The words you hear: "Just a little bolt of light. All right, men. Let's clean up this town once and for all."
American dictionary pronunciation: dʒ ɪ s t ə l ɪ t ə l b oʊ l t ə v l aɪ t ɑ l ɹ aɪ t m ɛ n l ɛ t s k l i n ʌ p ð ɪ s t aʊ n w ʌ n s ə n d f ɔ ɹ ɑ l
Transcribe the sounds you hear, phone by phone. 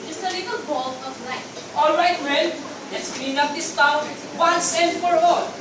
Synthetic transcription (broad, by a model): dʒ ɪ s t ə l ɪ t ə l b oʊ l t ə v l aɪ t ɑ l ɹ aɪ t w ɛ l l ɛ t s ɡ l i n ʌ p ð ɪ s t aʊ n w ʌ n s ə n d f ɔ ɹ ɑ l